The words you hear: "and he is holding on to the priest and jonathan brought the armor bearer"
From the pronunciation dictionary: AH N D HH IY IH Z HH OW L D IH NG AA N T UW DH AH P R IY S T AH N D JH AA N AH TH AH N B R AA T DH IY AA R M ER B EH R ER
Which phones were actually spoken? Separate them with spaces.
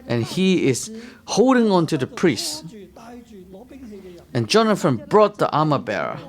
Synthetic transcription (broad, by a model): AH N HH IY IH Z HH OW L D IH NG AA N T UW DH AH P R IY S T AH N JH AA N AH F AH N B R AA T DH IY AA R M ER B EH R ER